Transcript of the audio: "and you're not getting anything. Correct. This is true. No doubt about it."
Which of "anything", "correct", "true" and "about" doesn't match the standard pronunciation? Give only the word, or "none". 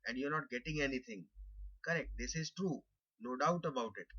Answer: anything